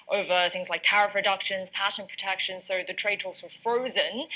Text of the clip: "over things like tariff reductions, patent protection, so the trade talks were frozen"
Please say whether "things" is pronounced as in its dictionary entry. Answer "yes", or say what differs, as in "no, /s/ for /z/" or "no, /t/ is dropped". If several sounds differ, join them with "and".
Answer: yes